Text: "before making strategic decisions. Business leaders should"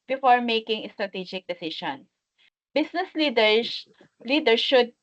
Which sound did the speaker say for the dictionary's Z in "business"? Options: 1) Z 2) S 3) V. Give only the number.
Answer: 2